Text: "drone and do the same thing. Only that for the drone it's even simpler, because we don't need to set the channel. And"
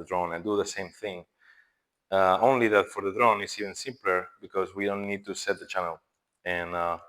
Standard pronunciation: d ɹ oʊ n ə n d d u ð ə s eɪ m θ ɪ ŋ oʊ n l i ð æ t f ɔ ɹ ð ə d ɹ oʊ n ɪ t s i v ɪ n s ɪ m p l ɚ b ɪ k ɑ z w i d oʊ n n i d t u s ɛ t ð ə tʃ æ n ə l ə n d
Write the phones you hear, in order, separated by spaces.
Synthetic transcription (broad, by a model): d ɹ oʊ n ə n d d u ð ə s eɪ m θ ɪ ŋ oʊ n l i ð æ t f ɔ ɹ ð ə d ɹ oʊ n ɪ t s i v ɪ n s ɪ m p l ɚ b ɪ k ɑ z w i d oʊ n n i d t u s ɛ t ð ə tʃ æ n ə l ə n